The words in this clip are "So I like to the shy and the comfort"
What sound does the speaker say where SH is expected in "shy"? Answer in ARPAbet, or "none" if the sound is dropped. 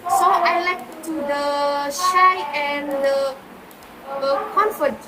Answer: SH